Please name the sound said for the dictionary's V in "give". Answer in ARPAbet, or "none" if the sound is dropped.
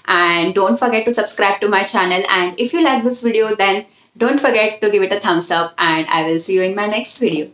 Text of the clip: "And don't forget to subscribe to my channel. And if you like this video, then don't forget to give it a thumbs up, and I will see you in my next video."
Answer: V